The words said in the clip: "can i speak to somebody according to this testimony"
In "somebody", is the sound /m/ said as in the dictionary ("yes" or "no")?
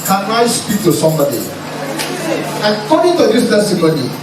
yes